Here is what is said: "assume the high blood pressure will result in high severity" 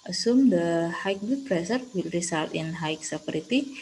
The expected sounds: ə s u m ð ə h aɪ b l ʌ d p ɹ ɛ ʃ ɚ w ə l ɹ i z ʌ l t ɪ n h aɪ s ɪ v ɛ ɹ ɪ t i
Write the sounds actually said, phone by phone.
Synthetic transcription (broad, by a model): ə s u m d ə h aɪ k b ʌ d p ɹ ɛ s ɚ w ə l ɹ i s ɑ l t ɪ n h aɪ s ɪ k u ɹ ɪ t i